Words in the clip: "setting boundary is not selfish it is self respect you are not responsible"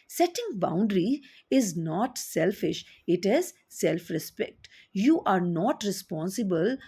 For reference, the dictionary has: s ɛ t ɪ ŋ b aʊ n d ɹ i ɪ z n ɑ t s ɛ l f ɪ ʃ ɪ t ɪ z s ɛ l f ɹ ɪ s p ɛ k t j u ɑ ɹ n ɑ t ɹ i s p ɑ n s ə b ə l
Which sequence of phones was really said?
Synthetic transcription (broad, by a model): s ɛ t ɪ ŋ b aʊ n d ɹ i ɪ z n ɑ t s ɛ l f ɪ ʃ ɪ t ɪ z s ɛ l f ɹ ɪ s p ɛ k t j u ɑ ɹ n ɑ t ɹ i s p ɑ n s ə b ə l